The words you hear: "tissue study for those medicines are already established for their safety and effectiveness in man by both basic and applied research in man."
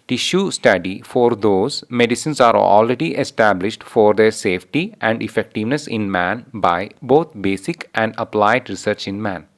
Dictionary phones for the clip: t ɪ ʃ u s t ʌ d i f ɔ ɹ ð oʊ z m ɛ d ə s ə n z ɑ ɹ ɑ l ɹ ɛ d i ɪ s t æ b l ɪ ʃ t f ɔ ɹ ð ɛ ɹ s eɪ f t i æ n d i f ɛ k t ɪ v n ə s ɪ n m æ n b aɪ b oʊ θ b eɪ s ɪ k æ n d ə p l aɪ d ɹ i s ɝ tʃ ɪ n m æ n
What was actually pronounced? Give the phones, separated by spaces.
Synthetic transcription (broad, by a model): t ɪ ʃ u s t ʌ d i f ɔ ɹ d oʊ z m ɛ d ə s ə n s ɑ ɹ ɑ l ɹ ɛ d i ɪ s t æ b l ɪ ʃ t f ɔ ɹ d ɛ ɹ s eɪ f t i æ n d i f ɛ k t ɪ v n ə s ɪ n m æ n b aɪ b oʊ t b eɪ s ɪ k æ n d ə p l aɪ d ɹ i s ɝ tʃ ɪ n m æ n